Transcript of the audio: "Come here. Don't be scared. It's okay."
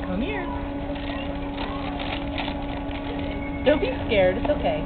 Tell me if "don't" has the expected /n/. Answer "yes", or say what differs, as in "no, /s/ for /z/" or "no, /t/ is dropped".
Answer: no, /l/ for /n/